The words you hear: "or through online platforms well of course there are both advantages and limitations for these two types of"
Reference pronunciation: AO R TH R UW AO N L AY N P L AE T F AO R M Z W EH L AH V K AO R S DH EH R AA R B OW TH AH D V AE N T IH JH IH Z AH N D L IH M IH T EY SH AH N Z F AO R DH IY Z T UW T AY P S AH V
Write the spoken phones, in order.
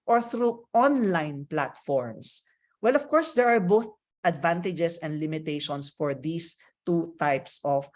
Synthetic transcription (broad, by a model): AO R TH R UW AO N L AY N P L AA T F AO R M S W EH L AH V K AO R S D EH R AA R B OW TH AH D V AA N T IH JH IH S AH N D L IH M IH T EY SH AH N S F AO R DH IY S T UW T AY P S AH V